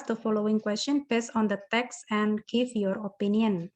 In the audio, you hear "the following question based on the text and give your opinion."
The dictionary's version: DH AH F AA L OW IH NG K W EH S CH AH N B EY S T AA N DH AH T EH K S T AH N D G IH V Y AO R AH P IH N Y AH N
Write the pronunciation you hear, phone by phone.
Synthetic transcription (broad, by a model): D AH F AA L OW IH NG K W EH S CH AH N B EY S AA N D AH T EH K S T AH N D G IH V Y AO R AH P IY N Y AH N